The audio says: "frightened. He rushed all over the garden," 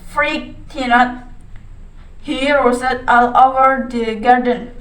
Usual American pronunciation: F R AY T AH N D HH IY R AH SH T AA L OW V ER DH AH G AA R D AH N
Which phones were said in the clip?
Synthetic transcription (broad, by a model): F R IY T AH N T HH IY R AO S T AA L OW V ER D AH G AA R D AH N